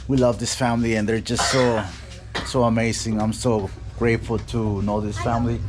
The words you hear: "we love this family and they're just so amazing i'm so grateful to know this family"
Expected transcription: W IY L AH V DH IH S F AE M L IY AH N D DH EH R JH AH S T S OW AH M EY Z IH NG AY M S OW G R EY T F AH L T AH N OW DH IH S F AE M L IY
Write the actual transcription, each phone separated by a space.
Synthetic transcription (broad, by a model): W IY L AH V DH IH S F AE M L IY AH N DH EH R JH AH S T S OW AH M EY Z IH NG AY M S OW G R EY T F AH L T AH N OW DH IH S F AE M L IY